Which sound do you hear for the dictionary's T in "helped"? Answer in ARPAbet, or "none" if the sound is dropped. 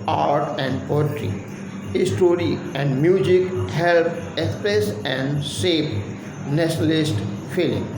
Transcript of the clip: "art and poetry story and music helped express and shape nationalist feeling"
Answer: none